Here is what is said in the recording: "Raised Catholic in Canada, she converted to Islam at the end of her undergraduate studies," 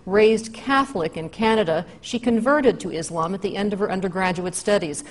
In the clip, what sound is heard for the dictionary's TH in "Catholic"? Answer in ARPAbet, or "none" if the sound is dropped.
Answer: TH